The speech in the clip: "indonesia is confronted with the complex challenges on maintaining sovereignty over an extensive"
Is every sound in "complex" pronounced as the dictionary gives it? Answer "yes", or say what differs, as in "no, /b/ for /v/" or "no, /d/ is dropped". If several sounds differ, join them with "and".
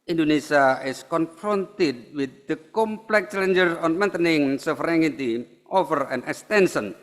no, /s/ is dropped